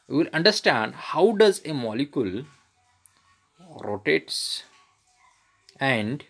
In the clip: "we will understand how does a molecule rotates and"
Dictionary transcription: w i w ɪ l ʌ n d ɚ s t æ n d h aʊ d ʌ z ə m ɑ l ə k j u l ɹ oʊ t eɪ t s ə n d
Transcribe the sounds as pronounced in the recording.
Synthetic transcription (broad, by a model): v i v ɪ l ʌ n d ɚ s t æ n d h aʊ d ʌ z ə m ɑ l ə k j u l ɹ oʊ t eɪ t s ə n d